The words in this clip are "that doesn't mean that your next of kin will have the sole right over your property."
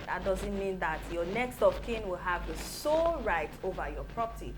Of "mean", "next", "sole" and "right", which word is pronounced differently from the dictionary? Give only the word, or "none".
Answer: none